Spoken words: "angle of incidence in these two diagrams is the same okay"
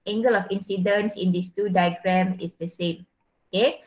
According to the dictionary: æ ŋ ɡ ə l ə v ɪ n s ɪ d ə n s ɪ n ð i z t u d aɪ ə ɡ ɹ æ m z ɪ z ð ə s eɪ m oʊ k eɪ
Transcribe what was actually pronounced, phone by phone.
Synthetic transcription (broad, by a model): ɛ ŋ ɡ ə l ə f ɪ n s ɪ d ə n s ɪ n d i s t u d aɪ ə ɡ ɹ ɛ m ɪ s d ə s eɪ m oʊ k eɪ